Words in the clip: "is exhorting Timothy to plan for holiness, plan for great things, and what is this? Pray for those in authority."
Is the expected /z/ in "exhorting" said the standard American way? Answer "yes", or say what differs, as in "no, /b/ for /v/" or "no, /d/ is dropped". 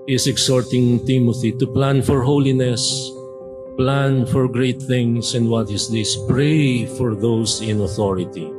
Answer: no, /s/ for /z/